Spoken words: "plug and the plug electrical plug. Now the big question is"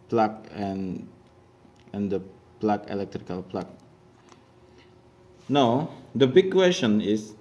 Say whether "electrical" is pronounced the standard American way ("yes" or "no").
yes